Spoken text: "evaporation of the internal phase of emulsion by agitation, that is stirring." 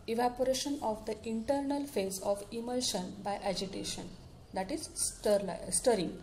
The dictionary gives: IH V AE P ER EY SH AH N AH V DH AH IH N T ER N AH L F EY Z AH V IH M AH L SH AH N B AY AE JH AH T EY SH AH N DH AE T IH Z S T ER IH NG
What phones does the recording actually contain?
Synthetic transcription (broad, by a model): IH V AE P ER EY SH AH N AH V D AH IH N T ER N AH L F EY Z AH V IH M AH L SH AH N B AY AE JH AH T EY SH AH N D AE T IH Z S T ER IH NG